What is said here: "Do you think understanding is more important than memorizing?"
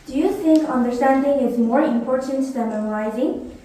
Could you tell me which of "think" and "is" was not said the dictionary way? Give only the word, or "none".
none